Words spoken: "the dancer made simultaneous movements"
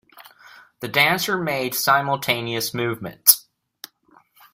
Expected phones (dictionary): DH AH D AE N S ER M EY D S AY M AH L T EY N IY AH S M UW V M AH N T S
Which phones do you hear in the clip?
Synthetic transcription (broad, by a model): DH AH D AE N S ER M EY D S AY M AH L T EY N IY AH S M UW V M AH N T S